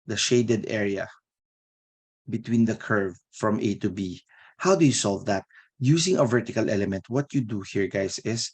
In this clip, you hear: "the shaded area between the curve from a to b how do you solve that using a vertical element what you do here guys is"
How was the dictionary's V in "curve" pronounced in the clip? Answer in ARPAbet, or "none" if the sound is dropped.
V